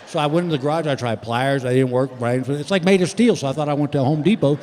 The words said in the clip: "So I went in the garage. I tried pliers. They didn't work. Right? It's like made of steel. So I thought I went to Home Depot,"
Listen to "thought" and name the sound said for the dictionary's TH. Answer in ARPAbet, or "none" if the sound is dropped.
TH